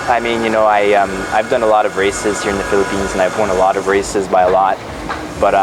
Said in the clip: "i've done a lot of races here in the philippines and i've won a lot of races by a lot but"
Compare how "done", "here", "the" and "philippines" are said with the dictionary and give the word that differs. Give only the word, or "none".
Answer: none